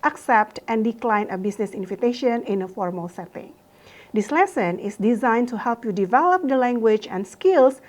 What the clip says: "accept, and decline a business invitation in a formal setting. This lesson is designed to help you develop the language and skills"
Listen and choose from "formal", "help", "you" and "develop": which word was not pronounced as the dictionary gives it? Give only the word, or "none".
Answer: none